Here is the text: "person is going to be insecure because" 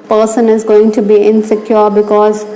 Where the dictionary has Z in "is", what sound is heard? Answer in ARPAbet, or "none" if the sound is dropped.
Z